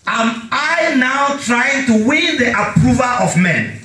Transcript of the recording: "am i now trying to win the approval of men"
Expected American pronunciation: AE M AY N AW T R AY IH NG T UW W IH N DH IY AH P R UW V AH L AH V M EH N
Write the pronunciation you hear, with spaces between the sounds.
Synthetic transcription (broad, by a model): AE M AY N AW T R AY IH NG T UW W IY N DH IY AH P R UW V AH L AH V M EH N